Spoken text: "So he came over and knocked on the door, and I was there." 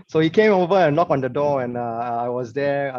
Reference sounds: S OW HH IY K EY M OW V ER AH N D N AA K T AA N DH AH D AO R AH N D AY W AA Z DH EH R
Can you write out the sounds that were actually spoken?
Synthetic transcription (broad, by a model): S OW HH IY K EY M OW V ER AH N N AA K AA N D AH D AO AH N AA AY W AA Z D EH